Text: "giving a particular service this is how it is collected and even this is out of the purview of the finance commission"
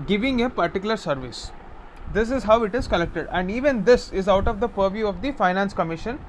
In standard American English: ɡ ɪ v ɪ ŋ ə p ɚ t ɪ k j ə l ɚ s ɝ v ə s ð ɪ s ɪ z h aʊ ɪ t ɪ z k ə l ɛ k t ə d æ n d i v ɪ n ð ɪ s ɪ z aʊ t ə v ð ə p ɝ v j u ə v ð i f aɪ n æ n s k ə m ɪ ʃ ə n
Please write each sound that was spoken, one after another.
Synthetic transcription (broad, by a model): ɡ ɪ v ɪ ŋ ə p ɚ t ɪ k j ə l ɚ s ɝ v ə s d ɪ s ɪ z h aʊ ɪ t ɪ z k ə l ɛ k t ə d æ n d i v ɪ n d ɪ s ɪ z aʊ t ə v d ə p ɝ v j u ə v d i f aɪ n æ n s k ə m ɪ ʃ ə n